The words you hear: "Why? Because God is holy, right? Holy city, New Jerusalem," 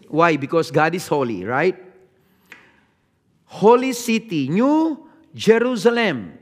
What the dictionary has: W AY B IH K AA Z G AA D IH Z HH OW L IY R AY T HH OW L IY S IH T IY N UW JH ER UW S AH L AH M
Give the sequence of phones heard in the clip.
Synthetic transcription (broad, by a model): W AY B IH K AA S G AA D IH S HH OW L IY R AY T HH OW L IY S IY T IY N UW JH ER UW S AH L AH M